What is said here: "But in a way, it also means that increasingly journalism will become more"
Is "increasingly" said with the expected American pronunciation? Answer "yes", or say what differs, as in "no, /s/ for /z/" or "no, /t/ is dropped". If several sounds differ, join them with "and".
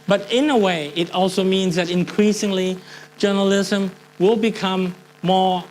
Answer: yes